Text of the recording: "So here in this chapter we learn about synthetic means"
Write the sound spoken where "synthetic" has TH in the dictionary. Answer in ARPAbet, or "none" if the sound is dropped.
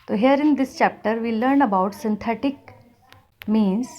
T